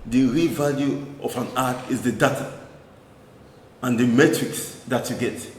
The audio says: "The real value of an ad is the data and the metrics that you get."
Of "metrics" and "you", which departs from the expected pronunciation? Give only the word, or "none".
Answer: none